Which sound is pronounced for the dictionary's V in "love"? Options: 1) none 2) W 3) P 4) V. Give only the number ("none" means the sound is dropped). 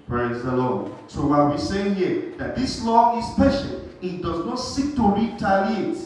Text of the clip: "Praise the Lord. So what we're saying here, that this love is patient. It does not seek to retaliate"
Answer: 1